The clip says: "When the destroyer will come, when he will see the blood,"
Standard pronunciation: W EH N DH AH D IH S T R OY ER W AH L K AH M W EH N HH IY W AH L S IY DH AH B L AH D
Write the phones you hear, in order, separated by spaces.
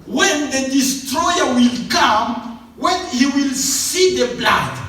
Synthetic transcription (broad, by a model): W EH N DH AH D IH S T R OY ER W AH L K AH M W EH N HH IY W AH L S IY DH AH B L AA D